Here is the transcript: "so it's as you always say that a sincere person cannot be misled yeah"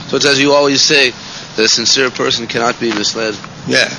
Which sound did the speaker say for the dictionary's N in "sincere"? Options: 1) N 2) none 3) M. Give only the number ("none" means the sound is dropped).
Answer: 1